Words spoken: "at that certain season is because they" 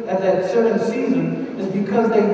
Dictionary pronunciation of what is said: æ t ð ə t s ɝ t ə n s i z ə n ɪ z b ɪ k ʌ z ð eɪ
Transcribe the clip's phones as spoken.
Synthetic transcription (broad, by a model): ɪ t ð ə t s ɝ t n s i z ə n ɪ z b ɪ k ʌ z ð eɪ